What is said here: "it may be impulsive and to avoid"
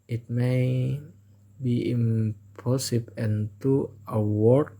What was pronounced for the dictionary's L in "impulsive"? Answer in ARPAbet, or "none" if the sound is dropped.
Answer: none